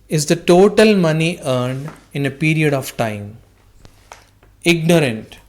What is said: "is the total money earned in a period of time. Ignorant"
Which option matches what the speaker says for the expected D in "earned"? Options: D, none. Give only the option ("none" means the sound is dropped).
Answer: D